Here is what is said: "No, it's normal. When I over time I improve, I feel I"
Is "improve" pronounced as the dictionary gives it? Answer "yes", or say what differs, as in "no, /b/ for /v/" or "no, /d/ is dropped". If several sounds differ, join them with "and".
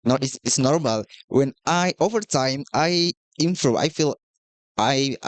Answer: no, /v/ is dropped